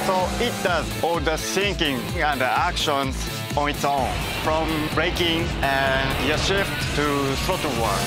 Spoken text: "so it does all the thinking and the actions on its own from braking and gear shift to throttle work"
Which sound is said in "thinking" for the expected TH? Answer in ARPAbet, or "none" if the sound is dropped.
S